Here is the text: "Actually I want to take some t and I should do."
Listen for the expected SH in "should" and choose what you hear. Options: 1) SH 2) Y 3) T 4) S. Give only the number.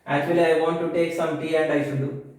4